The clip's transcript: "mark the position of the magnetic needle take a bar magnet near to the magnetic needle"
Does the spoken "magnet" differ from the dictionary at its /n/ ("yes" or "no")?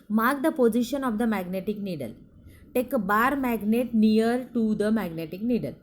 no